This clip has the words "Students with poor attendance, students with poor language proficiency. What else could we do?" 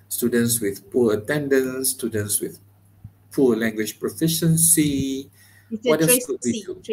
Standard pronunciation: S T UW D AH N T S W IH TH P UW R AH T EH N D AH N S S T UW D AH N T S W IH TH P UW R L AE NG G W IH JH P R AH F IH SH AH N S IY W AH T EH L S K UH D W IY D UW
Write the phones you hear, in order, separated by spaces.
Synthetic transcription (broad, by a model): S T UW D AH N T S W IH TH P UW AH T EH N D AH N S S T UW D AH N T S W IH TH P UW L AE NG G W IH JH P R AH F IH SH AH N S IY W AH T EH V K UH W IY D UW